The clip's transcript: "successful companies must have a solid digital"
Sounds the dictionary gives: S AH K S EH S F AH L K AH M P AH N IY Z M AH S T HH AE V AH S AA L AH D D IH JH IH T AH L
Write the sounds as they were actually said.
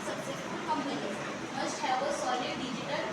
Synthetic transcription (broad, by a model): S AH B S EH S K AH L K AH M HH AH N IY M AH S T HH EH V AH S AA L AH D D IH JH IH T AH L